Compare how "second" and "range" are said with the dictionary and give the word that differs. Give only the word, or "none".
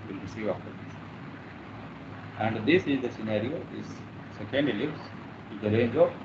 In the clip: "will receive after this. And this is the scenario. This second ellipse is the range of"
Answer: none